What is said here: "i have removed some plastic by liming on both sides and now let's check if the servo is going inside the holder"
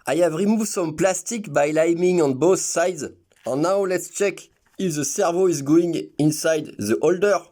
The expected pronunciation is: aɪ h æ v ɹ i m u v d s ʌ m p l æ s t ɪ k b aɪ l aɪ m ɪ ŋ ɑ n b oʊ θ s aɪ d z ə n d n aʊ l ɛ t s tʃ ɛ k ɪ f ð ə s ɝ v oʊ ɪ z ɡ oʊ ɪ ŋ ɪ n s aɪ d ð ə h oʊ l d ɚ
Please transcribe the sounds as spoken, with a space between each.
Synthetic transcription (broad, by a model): aɪ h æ v ɹ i m u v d s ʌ m p l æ s t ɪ k b aɪ l aɪ m ɪ ŋ ɑ n b oʊ θ s aɪ d z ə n n aʊ l ɛ t s tʃ ɛ k ɪ f ð ə s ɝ v oʊ ɪ z ɡ oʊ ɪ ŋ ɪ n s aɪ d ð ə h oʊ l d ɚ